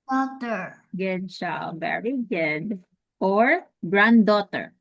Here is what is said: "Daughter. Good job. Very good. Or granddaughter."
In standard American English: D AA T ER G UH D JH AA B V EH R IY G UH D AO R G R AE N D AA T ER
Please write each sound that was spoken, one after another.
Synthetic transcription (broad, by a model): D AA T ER G UH D CH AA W V EH R IY G UH D AO R G R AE N D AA T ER